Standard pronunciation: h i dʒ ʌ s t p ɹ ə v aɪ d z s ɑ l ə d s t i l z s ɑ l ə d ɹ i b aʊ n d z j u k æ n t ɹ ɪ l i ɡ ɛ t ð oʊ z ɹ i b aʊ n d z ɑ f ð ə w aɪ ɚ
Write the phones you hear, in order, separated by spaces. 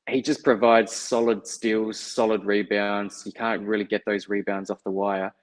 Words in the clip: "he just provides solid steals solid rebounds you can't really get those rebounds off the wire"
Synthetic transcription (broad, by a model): h i dʒ ʌ s p ɹ ə v aɪ d z s ɑ l ə d s t i l z s ɑ l ə d ɹ i b aʊ n d z j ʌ k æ n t ɹ ɪ l i ɡ ɛ t ð oʊ z ɹ i b aʊ n d z ɑ f ð ə w aɪ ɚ